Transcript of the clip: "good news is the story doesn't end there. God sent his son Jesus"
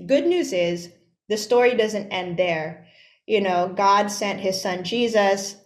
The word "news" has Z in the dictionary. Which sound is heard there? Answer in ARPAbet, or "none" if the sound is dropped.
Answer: Z